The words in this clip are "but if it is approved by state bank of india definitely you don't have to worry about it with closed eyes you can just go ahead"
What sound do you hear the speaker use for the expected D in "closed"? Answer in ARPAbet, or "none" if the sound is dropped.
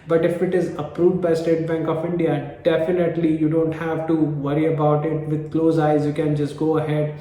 none